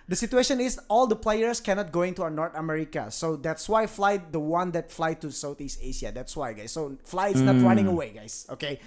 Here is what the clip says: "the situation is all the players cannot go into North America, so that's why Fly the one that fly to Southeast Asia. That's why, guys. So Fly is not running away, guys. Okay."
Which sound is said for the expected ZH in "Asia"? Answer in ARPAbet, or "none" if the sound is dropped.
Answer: SH